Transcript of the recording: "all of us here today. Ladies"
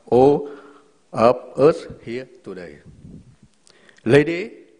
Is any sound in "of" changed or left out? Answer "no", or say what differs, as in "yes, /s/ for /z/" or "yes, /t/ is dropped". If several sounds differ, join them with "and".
yes, /p/ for /v/